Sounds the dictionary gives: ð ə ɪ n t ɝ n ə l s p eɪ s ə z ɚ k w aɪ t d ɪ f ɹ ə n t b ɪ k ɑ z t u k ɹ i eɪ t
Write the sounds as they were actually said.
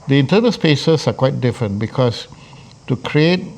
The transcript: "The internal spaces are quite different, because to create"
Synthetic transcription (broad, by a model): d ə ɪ n t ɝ n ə l s p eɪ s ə s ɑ k w aɪ t d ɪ f ɹ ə n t b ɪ k ɑ s t u k ɹ i eɪ t